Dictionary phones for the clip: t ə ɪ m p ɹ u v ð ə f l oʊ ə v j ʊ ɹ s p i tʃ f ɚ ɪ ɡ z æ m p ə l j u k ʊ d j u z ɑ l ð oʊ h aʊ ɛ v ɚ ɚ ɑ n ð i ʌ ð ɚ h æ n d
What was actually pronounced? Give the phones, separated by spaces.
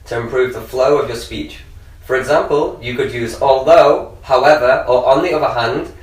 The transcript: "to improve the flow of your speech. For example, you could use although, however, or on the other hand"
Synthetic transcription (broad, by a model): t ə ɪ m p ɹ u v ð ə f l oʊ ə v j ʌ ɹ s p i tʃ f ɚ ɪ ɡ z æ m p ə l j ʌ k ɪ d j u z ɑ l ð oʊ h aʊ ɛ v ɚ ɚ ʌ n ð i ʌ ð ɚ h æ n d